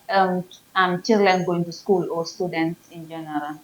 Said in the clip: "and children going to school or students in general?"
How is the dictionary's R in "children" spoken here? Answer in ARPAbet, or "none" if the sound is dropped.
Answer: L